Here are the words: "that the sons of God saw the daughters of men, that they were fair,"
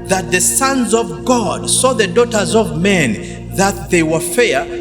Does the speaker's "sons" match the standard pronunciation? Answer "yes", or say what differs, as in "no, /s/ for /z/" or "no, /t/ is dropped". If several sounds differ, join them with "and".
yes